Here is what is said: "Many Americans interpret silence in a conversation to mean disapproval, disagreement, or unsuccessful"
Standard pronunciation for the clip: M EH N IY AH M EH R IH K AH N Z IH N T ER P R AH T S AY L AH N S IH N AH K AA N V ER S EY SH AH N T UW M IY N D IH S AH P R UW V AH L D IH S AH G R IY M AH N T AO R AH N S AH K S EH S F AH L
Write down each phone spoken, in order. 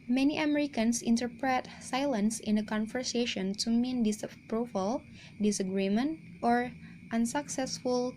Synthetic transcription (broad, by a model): M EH N IY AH M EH R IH K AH N S IH N T ER P R AH T S AY L AH N S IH N AH K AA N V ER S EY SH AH N T UW M IY N D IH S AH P R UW F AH L D IH S AH G R IY M AH N T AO R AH N S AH K S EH S F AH L